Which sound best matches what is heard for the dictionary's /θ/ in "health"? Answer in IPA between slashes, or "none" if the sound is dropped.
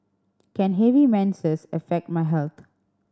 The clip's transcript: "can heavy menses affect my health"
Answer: /t/